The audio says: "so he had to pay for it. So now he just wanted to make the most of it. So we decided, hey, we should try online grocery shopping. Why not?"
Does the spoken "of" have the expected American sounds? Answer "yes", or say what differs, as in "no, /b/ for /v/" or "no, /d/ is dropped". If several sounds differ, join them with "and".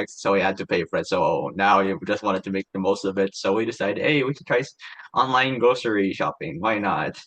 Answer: no, /b/ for /v/